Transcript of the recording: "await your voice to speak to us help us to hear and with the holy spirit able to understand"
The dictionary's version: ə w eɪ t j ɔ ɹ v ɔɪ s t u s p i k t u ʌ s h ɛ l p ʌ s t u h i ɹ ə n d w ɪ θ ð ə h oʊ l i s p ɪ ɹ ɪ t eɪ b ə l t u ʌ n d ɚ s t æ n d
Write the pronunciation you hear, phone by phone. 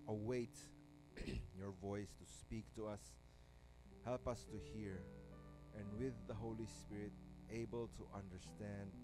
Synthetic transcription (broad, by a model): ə w eɪ t j ɔ ɹ v ɔɪ s t u s p i k t u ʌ s h ɛ l p ʌ s t u h i ɹ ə n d w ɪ ð ə h oʊ l i s p ɪ ɹ ɪ t eɪ b ə l t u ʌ n d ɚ s t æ n d